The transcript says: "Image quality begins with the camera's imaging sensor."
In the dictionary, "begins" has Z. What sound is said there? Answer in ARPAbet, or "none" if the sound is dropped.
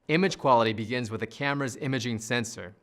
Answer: Z